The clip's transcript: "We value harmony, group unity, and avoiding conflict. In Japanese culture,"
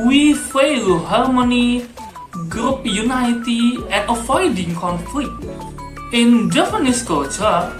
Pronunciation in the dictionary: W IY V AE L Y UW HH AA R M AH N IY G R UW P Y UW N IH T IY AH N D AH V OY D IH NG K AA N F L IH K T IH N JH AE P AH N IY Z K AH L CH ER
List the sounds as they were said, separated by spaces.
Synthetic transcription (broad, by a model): W IY F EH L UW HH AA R M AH N IY G R UW P Y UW N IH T IY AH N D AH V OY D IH NG K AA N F L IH K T IH N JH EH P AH N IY S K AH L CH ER